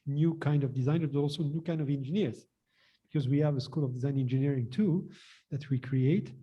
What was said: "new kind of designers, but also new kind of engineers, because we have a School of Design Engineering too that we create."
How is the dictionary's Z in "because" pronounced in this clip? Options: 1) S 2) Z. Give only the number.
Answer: 2